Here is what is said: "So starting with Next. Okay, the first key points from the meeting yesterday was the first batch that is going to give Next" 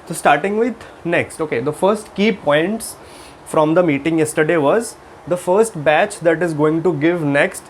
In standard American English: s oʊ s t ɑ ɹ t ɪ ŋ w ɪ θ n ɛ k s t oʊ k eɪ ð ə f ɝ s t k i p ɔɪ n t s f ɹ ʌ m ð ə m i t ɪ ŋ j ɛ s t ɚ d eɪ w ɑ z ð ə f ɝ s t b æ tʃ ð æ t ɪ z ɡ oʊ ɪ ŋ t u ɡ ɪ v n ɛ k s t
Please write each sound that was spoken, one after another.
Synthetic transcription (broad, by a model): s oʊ s t ɑ ɹ t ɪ ŋ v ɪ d n ɛ k s t oʊ k eɪ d ə f ɝ s t k i p ɔɪ n t s f ɹ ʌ m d ə m i t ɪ ŋ j ɛ s t ɚ d eɪ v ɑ z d ə f ɝ s t b æ tʃ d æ t ɪ z ɡ oʊ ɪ ŋ t u ɡ ɪ v n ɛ k s t